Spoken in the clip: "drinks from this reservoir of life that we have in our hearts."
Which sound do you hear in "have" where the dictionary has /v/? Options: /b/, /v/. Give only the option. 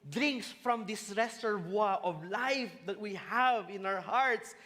/v/